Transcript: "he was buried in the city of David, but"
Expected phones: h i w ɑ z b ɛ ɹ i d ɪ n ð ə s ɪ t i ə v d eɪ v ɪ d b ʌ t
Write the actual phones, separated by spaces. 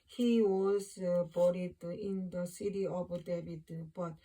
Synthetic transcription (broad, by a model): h i w ɑ z b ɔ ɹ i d ɪ n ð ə s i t i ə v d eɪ b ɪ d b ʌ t